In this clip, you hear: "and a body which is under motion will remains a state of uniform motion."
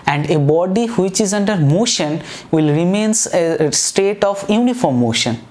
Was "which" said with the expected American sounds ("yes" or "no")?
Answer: yes